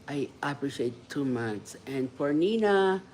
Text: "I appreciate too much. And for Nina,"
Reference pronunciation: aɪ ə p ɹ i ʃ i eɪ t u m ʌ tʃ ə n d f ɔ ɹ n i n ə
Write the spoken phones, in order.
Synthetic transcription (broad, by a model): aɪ ə p ɹ i ʃ i eɪ t u m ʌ s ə n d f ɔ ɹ n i n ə